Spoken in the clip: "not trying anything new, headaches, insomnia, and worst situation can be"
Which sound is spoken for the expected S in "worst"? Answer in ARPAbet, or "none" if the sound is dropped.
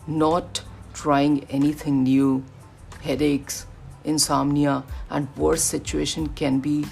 none